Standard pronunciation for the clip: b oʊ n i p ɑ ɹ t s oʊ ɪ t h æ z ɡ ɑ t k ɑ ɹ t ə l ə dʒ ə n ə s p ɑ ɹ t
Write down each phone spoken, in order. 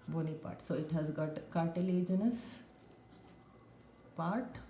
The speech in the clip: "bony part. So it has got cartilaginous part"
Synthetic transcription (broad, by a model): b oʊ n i p ɑ ɹ t s oʊ ɪ t h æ z ɡ ɑ t k ɑ ɹ t ə l ə dʒ ə n ə s p ɑ ɹ t